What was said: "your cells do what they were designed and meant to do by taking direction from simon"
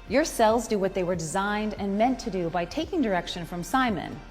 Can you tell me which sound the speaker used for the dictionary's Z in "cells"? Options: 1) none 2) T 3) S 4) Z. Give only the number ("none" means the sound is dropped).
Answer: 4